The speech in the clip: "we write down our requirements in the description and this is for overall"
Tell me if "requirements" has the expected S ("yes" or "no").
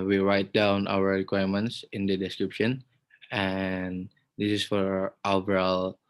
yes